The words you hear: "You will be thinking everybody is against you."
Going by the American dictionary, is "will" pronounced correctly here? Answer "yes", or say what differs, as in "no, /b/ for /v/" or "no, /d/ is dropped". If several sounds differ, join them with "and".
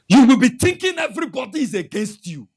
yes